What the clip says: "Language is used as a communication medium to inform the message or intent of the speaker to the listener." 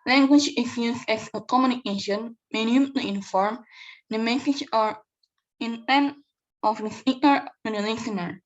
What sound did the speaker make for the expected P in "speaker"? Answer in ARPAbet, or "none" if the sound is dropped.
none